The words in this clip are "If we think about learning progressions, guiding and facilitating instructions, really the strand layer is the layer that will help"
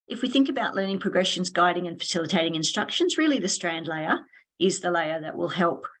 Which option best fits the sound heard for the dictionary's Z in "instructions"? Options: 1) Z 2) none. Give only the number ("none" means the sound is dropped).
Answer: 1